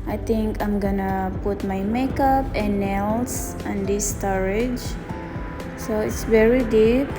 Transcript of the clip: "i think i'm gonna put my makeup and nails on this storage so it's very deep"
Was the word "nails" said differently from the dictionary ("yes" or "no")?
yes